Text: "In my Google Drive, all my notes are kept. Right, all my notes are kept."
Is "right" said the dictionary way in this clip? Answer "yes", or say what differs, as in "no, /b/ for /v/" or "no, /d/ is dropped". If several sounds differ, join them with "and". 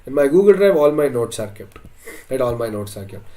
no, /l/ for /ɹ/